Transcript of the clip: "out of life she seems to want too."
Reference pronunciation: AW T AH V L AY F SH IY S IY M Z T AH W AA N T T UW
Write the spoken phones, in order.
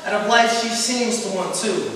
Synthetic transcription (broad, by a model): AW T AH P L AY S SH IY S IY M Z T AH W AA N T T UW